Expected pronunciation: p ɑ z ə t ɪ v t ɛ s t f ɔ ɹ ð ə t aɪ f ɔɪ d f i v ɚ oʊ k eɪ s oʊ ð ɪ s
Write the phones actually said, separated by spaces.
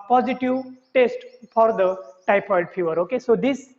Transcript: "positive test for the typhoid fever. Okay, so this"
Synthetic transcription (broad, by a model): p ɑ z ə t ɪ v t ɛ s t f ɔ ɹ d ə t aɪ p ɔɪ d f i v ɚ oʊ k eɪ s oʊ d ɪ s